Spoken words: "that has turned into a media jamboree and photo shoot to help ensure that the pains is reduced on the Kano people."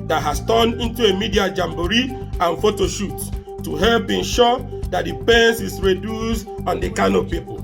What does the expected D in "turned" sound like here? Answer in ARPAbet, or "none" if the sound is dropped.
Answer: none